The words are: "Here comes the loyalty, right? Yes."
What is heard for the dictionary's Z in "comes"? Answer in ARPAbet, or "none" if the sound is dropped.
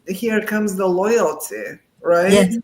Z